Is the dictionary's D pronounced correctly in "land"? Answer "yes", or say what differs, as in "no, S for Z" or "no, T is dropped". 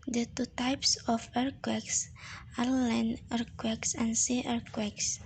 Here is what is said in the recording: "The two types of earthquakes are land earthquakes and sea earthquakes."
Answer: no, D is dropped